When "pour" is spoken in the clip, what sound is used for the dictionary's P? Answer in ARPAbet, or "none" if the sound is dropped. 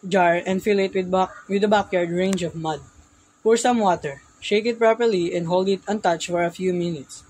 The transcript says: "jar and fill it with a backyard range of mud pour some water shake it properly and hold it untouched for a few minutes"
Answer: F